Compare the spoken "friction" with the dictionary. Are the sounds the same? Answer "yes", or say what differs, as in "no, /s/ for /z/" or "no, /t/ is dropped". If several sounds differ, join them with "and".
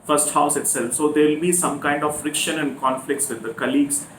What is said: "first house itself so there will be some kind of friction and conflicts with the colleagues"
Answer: yes